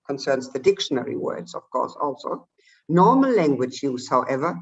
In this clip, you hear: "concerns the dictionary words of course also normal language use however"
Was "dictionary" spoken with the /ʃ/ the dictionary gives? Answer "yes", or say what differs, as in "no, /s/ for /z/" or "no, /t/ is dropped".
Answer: yes